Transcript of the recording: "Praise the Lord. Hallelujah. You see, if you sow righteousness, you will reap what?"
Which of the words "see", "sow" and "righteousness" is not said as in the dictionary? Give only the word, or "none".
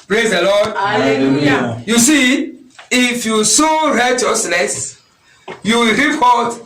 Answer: righteousness